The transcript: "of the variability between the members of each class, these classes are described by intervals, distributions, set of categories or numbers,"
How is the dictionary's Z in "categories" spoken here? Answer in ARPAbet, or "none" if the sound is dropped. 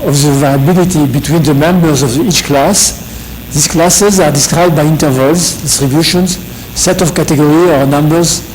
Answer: none